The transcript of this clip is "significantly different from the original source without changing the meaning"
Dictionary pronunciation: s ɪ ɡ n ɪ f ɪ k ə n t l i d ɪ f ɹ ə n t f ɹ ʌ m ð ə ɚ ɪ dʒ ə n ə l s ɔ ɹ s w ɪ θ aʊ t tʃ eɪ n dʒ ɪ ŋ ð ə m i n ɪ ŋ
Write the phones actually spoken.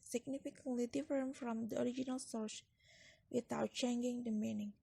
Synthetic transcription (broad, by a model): s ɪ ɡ n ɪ f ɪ k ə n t l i d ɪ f ə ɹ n f ɹ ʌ m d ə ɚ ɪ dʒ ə n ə l s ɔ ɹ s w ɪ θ aʊ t tʃ eɪ n dʒ ɪ ŋ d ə m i n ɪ ŋ